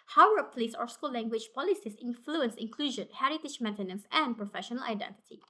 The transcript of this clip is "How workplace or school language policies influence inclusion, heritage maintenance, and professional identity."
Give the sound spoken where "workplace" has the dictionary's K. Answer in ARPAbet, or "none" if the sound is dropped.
none